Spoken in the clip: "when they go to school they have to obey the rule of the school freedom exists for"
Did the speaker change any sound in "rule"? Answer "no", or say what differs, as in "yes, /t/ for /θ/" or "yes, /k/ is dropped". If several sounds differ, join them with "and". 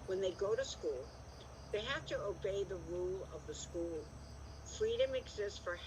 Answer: no